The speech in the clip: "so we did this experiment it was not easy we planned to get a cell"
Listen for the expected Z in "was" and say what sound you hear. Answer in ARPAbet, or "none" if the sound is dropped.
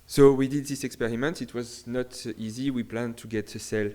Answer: Z